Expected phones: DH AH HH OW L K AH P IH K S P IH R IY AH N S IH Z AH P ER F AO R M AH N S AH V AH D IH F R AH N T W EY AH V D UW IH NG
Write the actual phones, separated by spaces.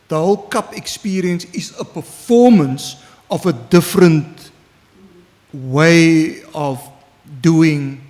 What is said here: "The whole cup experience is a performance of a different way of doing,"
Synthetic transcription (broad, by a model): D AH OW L K AH P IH K S P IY R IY AH N S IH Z AH P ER F AO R M AH N S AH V AH D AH F R AH N T W EY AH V D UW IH NG